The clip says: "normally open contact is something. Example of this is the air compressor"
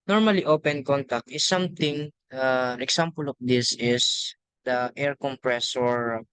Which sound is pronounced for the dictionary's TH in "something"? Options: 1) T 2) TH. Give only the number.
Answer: 1